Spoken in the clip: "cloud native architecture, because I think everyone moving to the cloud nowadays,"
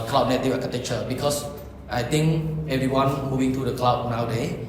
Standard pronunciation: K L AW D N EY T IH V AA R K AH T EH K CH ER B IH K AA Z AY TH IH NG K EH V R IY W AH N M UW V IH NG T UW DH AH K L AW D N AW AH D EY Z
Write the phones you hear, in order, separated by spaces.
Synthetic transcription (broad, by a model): K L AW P N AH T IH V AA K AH T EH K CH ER B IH K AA S AY T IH NG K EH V R IY W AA N M UW V IH NG T UW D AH K L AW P N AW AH D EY